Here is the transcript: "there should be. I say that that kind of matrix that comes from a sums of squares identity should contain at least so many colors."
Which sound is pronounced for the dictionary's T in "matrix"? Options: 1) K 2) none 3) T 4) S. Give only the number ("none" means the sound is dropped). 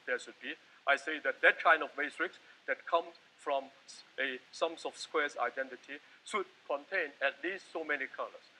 4